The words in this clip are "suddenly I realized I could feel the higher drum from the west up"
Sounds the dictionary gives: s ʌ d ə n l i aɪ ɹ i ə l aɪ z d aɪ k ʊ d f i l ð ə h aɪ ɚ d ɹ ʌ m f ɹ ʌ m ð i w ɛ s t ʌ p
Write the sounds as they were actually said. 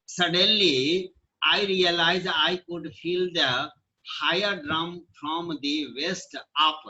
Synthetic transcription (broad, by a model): s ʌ d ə n l i aɪ ɹ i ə l aɪ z aɪ k ʊ d f i l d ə h aɪ ɚ d ɹ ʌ m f ɹ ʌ m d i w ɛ s t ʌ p